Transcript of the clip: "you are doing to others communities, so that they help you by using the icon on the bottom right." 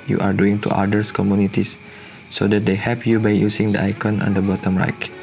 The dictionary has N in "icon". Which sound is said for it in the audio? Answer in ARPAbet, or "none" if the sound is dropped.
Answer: N